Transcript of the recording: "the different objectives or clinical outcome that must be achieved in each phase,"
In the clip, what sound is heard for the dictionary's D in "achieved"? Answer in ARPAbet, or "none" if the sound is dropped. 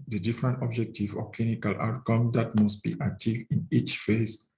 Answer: none